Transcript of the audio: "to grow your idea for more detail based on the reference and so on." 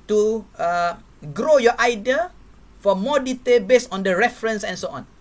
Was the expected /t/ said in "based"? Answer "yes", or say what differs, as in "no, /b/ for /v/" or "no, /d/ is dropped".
no, /t/ is dropped